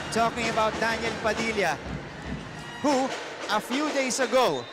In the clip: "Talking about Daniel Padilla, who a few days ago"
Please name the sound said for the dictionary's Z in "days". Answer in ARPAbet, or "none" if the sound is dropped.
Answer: S